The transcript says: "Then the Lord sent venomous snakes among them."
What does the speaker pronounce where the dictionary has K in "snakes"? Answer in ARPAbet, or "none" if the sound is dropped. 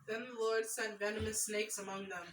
K